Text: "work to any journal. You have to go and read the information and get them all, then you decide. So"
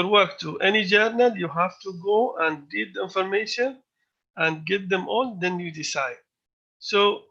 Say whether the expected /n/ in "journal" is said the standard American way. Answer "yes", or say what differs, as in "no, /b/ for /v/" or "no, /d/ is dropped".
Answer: yes